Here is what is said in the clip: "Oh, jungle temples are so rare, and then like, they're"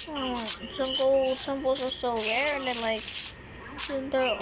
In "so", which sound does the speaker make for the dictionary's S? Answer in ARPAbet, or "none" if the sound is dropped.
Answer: S